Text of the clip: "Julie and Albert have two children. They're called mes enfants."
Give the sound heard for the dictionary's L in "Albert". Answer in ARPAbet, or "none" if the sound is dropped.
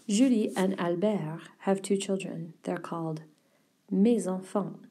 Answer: L